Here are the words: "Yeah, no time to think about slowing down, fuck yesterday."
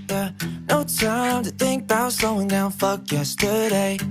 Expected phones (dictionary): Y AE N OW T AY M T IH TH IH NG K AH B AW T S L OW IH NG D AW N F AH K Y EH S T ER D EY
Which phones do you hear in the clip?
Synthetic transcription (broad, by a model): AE N OW T AY M T IH TH IH NG K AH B AW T S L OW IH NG D AW N F AH K Y EH S T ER D EY